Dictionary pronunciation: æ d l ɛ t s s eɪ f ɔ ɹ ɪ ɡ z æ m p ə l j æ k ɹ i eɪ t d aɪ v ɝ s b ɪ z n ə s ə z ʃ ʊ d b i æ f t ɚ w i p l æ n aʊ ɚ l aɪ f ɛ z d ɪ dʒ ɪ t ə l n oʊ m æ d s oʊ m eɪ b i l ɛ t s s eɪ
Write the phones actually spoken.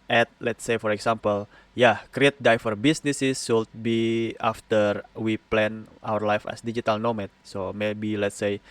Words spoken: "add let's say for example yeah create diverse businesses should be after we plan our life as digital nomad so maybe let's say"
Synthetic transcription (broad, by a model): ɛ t l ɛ t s s eɪ f ɔ ɹ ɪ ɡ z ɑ m p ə l j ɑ k ɹ i eɪ t d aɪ f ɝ b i s n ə s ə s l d b i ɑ f t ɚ w i p l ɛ n aʊ ɚ l aɪ f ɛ s d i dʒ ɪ t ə l n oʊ m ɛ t s oʊ m eɪ b i l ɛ t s s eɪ